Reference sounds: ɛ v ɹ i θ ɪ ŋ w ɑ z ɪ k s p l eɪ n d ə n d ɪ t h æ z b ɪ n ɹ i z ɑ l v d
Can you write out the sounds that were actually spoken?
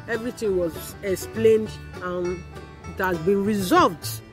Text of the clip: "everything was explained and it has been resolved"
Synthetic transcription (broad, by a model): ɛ v ɹ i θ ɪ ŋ w ɑ z ɪ k s p l eɪ n d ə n ɪ t h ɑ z b ɪ n ɹ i z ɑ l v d